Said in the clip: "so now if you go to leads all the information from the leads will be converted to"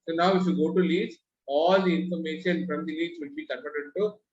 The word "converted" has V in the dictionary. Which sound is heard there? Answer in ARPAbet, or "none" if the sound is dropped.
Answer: P